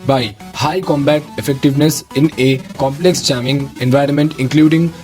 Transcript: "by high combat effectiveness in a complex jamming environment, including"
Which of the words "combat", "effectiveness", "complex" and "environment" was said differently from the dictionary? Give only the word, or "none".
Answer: none